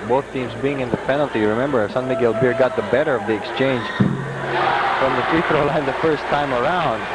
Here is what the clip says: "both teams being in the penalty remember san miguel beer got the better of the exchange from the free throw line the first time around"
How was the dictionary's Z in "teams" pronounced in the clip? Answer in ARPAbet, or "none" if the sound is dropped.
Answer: Z